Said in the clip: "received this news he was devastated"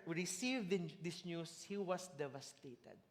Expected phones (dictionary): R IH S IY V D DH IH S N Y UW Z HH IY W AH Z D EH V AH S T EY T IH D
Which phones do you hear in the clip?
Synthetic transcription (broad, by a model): R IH S IY V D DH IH S N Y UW S HH IY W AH S D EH V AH S T EY T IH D